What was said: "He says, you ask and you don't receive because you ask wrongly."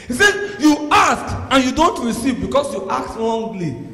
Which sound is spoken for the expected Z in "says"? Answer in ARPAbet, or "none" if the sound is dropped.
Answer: none